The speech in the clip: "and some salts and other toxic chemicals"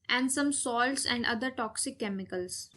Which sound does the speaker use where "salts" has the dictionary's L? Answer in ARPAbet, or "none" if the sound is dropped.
L